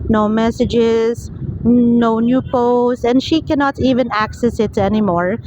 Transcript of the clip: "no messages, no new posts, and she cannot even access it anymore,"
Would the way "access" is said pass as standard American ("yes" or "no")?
yes